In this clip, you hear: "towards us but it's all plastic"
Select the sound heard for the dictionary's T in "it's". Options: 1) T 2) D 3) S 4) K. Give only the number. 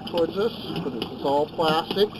3